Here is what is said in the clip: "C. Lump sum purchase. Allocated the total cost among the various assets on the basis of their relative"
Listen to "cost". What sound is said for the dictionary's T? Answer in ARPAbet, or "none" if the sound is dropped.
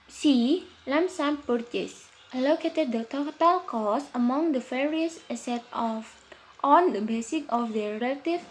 none